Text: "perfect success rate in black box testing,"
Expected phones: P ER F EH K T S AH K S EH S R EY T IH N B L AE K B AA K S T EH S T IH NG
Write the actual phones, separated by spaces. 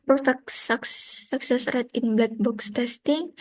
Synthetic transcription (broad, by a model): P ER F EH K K S AH K S EH S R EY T IH N B L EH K B AA K S T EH S T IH NG